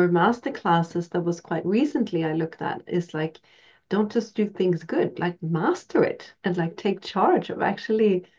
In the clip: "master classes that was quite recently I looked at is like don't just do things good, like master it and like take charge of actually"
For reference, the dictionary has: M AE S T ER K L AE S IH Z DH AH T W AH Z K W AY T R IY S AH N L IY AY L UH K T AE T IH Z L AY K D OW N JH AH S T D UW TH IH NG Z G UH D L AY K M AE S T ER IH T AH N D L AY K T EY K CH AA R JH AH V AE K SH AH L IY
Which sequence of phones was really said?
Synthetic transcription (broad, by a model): M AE S T ER K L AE S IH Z DH AH T W AH Z K W AY T R IY S AH N L IY AY L UH K T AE T IH Z L AY K D OW N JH AH S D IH TH IH NG Z G UH D L AY K M AE S T ER IH T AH N L AY K T EY K CH AA R JH AH V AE K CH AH L IY